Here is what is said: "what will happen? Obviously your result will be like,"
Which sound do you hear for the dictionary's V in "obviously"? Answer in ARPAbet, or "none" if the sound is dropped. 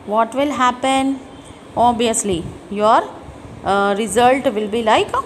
none